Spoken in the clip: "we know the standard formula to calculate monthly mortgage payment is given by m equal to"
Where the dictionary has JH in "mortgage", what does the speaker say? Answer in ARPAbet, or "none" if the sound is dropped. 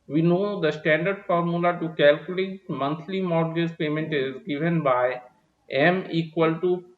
Z